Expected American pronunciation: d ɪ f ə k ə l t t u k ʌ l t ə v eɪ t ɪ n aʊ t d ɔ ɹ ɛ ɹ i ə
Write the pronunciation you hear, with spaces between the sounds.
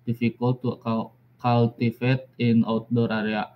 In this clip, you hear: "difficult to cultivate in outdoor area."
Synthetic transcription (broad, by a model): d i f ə k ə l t t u k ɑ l t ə f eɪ t ɪ n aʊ t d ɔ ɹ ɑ ɹ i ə